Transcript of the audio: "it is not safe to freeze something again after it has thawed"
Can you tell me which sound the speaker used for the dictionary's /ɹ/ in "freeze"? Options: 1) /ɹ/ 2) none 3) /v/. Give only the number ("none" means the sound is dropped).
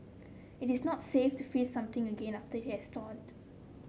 2